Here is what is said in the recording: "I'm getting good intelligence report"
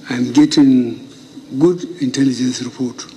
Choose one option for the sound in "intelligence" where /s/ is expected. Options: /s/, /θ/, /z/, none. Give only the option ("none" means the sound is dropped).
/s/